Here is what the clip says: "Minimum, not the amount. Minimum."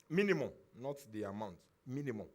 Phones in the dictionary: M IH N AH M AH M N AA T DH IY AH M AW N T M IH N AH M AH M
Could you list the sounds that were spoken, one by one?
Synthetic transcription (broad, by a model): M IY N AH M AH M N AA T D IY AH M AW N T M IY N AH M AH M